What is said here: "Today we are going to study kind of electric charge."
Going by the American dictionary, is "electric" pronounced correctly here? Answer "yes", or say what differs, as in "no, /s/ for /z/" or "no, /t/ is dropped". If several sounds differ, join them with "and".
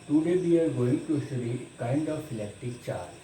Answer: no, /ɹ/ is dropped